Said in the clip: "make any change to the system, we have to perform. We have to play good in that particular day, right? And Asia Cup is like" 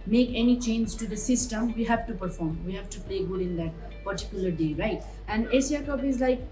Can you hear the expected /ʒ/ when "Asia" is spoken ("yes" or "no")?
no